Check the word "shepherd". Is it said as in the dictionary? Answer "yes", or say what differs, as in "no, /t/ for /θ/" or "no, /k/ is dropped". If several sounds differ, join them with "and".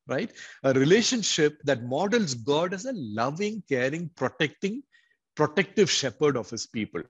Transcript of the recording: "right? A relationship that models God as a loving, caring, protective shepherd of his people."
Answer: yes